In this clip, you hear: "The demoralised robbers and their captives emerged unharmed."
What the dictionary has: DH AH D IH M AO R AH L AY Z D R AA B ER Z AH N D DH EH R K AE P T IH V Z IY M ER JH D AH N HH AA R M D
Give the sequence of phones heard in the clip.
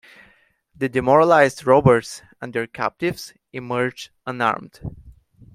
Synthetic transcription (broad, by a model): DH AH D IH M AO R AH L AY Z D R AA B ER S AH N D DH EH R K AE P T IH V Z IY M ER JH AH N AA R M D